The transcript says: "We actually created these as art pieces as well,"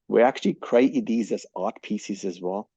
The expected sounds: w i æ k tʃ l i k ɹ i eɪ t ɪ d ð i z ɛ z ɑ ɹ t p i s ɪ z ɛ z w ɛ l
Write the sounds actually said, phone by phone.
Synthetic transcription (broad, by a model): w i æ k tʃ l i k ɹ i eɪ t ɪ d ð i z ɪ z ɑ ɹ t p i s ɪ z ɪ z w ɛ l